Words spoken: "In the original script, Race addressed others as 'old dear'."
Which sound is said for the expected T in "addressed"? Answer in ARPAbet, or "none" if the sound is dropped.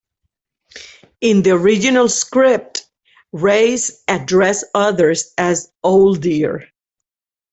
none